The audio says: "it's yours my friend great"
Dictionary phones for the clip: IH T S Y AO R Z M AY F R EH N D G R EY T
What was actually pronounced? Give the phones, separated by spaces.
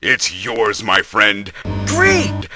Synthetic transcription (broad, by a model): IH T S Y AO R Z M AY F R EH N D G R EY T